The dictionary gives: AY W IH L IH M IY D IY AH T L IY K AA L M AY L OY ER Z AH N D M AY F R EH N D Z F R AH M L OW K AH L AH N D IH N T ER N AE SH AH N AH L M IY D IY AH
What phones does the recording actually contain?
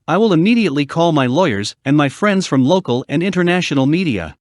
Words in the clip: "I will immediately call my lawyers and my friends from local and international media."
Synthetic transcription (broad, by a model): AY W IH L IH M IY D IY AH T L IY K AA L M AY L OY ER Z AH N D M AY F R EH N D Z F R AH M L OW K AH L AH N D IH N T ER N AE SH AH N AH L M IY D IY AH